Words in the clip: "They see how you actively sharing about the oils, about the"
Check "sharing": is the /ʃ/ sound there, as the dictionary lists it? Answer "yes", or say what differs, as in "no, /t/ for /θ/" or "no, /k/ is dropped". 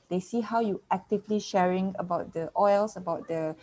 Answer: yes